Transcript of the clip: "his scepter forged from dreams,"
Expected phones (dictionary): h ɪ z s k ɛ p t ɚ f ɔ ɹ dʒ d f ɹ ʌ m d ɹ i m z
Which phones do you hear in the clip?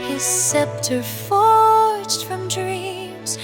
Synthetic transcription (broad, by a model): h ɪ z s ɛ p t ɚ f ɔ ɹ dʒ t f ɹ ʌ m d ɹ i m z